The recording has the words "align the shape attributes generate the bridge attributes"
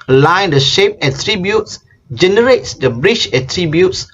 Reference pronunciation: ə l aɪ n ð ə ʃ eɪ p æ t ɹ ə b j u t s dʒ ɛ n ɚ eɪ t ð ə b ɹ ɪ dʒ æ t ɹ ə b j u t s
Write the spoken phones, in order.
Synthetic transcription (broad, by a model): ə l aɪ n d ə ʃ eɪ p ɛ t ɹ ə b j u t s dʒ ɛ n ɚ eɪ t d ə b ɹ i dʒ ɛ t ɹ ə b j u t s